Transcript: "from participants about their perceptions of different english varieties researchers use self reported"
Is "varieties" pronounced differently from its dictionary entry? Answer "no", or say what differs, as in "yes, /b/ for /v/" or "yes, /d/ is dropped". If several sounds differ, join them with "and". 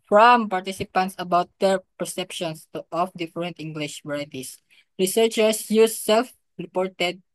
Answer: yes, /s/ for /z/